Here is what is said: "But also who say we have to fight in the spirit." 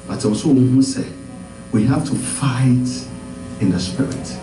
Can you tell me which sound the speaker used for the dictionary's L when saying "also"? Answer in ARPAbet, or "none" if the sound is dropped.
none